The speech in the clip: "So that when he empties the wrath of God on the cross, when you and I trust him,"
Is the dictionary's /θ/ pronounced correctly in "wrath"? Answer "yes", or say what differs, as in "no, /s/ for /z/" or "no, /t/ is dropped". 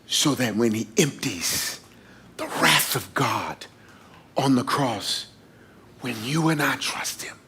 yes